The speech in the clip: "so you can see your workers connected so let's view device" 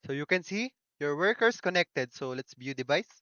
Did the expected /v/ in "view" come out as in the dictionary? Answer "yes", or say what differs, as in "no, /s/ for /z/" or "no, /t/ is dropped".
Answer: no, /b/ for /v/